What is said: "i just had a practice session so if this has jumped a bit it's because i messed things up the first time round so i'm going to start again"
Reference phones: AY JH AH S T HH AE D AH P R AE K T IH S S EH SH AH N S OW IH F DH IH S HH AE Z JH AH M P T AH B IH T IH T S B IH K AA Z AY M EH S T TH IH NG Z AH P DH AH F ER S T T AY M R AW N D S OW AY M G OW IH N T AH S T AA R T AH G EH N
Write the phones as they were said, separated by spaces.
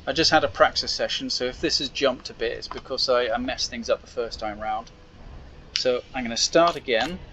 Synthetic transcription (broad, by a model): AY JH AH S T HH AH D AH P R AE K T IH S S EH SH AH N S OW IH F DH IH S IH Z JH AH M P T AH B IH T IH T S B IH K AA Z AY M EH S TH IH NG Z AH P DH AH F ER S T T AY M R AW N D S OW AY M G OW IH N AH S T AA R T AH G EH N